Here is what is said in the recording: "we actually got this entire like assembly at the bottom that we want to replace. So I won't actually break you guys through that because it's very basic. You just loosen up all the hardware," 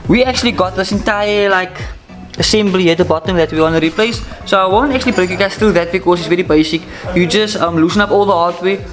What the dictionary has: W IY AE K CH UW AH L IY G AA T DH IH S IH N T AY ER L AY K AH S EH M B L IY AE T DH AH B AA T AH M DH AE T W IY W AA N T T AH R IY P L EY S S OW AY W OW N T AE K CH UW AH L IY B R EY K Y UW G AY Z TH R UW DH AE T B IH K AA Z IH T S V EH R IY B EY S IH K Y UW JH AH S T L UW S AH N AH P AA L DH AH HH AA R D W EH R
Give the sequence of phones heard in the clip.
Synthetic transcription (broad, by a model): W IY AE K CH UW AH L IY G AA T DH IH S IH N T AY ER L AY K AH S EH M B L IY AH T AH B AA T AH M DH AE T W IY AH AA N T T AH R IY P L EY S S OW AY W OW N T AE K CH UW AH L IY B R EY K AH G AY S TH R UW DH AE T B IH K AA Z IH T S V EH R IY B EY S IH K Y UW JH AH S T L UW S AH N AH P AA L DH AH HH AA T W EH